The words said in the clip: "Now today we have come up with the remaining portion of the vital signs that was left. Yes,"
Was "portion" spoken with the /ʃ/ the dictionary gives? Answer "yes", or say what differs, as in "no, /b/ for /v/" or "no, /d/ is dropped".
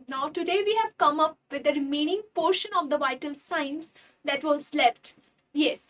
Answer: yes